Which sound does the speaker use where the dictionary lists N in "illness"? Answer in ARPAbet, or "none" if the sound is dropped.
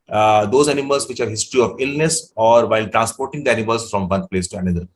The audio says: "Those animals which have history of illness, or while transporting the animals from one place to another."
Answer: N